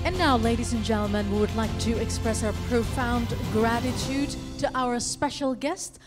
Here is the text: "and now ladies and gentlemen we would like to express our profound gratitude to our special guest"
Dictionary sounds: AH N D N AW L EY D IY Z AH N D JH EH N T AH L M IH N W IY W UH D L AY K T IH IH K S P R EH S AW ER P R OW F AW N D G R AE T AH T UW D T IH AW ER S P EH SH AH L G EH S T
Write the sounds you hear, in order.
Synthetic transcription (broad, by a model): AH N N AW L EY D IY Z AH N JH EH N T L M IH N W IY W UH D L AY K T IH IH K S P R EH S AW ER P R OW F AW N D G R AE T AH T UW D T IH AW ER S P EH SH L G EH S T